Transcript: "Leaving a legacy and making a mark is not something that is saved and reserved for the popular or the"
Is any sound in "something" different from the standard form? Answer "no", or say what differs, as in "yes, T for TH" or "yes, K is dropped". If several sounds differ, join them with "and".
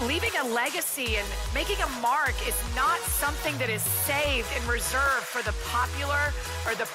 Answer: no